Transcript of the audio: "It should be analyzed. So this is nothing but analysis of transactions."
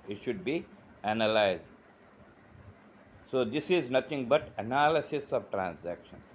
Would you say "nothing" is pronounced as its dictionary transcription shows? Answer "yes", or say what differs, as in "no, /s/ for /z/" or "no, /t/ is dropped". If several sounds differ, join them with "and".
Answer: no, /t/ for /θ/